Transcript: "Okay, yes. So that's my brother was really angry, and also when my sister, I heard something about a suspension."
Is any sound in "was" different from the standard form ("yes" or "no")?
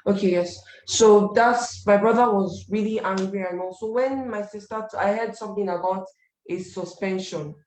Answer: no